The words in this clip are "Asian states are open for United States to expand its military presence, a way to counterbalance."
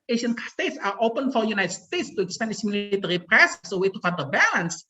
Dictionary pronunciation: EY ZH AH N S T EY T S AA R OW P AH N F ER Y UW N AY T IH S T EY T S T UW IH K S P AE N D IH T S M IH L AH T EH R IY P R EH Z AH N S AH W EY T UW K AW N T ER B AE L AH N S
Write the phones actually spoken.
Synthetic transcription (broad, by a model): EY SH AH N S T EY T S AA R OW P AH N F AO Y UW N AY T S T EY T S T UW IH K S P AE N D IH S M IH L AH T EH R IY P R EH S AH S AH W EY T UW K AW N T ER B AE L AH N S